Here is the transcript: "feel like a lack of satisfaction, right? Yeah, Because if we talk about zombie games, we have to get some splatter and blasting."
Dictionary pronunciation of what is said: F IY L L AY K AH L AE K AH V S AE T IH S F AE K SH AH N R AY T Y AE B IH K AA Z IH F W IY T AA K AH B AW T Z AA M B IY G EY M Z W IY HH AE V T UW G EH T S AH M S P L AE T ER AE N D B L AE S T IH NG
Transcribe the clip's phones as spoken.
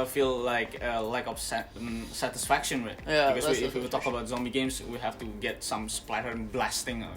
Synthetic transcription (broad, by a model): F IY L L AY K AH L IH K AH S S AE T IH S F AE K SH AH N W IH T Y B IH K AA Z IH F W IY T AA K AH B AW T Z AA M B IY G EY M S W IY HH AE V T UW G EH T S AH M S P L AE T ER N B L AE S T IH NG